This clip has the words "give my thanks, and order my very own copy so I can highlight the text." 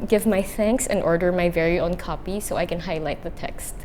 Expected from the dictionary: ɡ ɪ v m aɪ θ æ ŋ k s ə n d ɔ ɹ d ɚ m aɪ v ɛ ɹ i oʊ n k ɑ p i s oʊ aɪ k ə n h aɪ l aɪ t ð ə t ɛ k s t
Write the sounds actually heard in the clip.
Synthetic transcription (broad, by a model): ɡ ɪ v m aɪ θ æ ŋ k s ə n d ɔ ɹ d ɚ m aɪ v ɛ ɹ i oʊ n k ɑ p i s oʊ aɪ k ə n h aɪ l aɪ t ð ə t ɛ k s t